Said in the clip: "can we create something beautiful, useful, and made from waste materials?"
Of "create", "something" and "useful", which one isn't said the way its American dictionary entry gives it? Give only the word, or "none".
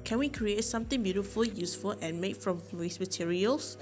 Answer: something